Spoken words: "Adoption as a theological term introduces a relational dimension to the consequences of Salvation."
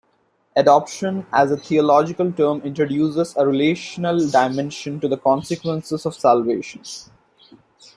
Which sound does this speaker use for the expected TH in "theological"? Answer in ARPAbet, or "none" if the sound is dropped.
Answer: T